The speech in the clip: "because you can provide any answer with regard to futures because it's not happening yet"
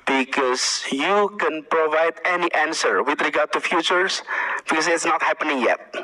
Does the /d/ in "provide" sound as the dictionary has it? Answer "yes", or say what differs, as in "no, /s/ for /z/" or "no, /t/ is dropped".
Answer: yes